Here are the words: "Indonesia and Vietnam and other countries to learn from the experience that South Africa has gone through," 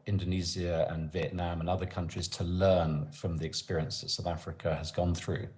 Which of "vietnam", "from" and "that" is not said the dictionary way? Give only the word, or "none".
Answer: none